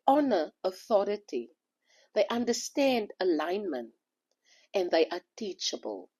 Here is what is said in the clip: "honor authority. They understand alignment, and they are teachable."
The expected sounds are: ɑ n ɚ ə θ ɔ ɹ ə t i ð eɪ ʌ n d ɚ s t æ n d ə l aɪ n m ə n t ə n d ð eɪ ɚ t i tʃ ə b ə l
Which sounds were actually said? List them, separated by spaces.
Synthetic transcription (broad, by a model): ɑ n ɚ ə θ ɔ ɹ ə t i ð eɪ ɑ n d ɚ s t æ n d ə l aɪ n m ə n t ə n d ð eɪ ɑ t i tʃ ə b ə l